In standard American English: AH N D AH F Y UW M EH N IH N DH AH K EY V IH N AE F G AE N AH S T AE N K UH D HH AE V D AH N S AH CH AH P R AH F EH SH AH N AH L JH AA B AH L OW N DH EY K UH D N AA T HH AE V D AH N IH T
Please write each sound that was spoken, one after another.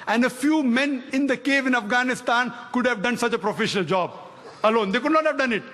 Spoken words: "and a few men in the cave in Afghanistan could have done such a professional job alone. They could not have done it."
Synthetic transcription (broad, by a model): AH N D AH F Y UW M EH N IH N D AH K EY V IH N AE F G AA N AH S T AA N K UH D HH AE V D AH N S AH CH AH P R AH F EH SH AH N AH L JH AA B AH L OW N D EY K UH D N AA T HH AE V D AH N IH T